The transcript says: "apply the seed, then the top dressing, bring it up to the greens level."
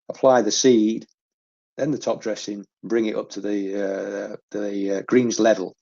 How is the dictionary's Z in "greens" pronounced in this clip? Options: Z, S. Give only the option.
Z